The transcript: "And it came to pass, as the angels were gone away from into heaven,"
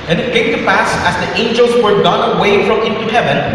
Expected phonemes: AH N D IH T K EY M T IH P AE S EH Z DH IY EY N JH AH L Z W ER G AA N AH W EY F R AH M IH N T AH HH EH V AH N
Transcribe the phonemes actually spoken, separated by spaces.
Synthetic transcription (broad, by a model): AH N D IH T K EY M T IH P AE S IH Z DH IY EY N JH AH L Z W ER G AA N AH W EY F R AH M IH N T AH HH EH V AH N